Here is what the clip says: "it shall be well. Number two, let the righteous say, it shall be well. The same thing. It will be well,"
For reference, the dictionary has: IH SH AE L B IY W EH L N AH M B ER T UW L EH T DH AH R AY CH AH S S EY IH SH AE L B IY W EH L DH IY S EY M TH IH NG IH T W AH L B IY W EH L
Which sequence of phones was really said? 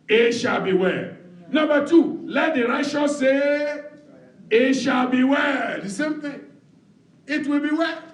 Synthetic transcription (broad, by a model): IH SH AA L B IY W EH N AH M B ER T UW L EH T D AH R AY SH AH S S EY IH SH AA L B IY W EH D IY S EY M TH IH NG IH T W AH L B IY W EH